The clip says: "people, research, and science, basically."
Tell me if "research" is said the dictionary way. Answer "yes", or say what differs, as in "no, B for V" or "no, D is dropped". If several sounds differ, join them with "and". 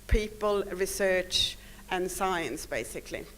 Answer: yes